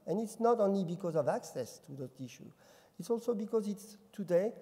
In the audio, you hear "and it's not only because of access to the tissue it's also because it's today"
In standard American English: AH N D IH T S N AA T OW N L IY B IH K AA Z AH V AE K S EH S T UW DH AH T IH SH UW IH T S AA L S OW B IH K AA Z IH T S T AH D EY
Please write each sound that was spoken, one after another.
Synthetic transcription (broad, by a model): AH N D IH T S N AA T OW N L IY B IH K AA Z AH V AE K S EH S T UW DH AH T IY SH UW IH T S AA L S OW B IH K AA Z IH T S T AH D EY